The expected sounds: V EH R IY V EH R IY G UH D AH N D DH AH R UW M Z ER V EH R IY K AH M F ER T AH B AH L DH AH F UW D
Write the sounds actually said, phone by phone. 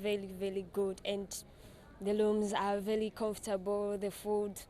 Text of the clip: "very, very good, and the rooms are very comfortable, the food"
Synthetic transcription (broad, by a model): V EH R IY V EH R IY G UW D AH N D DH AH L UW M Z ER V EH R IY K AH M F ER T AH B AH L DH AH F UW D